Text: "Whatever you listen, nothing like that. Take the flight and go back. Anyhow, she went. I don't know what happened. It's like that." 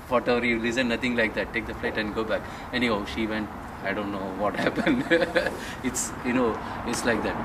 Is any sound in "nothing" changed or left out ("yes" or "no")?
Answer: yes